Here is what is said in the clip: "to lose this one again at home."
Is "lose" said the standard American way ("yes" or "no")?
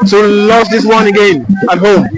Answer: no